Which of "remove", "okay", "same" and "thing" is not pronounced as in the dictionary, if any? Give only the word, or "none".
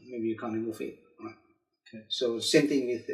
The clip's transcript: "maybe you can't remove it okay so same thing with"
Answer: remove